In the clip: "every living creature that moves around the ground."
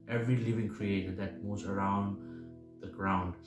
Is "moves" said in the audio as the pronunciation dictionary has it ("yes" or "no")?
no